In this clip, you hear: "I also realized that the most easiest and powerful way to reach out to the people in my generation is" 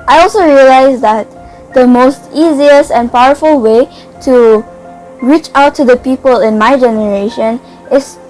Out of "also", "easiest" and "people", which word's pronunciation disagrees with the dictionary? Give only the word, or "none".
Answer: easiest